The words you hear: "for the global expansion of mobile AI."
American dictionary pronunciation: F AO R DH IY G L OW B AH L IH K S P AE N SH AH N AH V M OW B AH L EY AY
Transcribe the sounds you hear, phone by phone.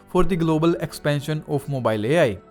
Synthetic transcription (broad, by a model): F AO R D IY G L OW B AH L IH K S P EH N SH AH N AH P M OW B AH L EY AY